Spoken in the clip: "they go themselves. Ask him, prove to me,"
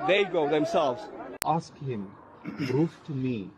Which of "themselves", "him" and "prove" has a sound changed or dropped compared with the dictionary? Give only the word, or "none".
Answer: prove